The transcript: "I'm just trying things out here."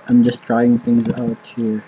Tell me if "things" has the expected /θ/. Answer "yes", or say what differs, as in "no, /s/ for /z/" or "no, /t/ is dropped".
yes